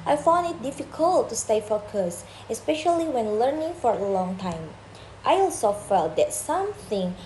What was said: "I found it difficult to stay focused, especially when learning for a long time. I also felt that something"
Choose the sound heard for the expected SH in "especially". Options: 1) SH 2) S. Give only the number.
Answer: 1